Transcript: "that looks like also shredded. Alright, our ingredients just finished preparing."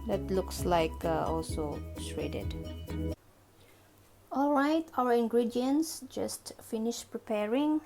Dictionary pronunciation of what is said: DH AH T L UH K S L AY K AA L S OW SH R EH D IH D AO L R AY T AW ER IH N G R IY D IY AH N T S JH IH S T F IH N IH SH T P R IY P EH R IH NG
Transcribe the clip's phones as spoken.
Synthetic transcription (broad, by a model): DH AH T L UH K S L AY K AA L S OW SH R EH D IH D AO L R AY T AW ER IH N G R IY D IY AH N S JH IH S T F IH N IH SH P R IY P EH R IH NG